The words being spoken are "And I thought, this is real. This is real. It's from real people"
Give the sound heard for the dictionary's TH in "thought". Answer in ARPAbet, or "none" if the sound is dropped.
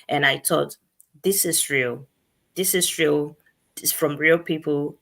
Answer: T